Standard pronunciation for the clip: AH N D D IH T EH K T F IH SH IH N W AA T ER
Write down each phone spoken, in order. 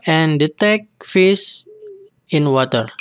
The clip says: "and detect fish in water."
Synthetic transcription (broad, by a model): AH N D D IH T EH K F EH S IH N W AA T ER